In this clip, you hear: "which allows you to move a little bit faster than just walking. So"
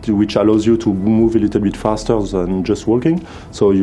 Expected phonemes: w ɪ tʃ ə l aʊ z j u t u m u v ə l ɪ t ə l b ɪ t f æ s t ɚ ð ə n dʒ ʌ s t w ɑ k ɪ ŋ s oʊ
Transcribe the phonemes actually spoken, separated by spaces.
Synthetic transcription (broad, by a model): w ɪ tʃ ə l aʊ z j u t u m u v ə l ɪ t ə l b ɪ t f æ s t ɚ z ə n dʒ ʌ s t w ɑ k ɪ ŋ s oʊ